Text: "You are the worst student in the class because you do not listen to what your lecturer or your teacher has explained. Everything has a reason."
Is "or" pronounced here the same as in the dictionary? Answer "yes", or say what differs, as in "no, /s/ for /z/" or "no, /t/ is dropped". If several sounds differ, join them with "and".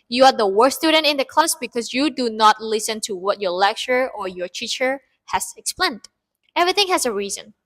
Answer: yes